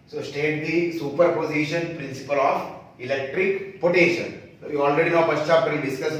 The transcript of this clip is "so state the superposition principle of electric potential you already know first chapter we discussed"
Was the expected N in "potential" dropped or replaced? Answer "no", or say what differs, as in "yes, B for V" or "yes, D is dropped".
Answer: yes, N is dropped